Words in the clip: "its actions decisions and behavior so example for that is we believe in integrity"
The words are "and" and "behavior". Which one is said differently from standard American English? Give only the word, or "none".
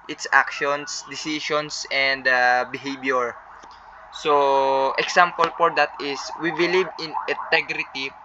behavior